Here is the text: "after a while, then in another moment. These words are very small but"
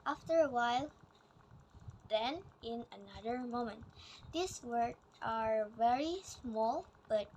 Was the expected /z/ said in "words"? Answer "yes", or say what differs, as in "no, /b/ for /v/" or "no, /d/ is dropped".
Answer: no, /z/ is dropped